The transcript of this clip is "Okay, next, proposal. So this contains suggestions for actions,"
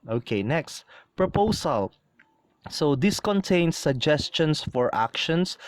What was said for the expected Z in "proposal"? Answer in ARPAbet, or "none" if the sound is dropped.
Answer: S